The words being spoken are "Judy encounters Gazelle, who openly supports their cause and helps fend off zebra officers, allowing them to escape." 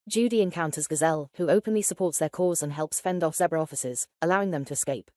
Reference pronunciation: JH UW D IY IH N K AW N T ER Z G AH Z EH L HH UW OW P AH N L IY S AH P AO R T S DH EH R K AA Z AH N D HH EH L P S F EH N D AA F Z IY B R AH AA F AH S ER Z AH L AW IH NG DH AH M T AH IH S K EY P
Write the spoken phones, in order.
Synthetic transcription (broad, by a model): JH UW D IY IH N K AW N T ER Z G AH Z EH L HH UW OW P AH N L IY S AH P AO T S DH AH K AA Z AH N HH EH L P S F EH N D AA F S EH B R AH AA F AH S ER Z AH L AW IH NG DH AH M T AH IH S K EY P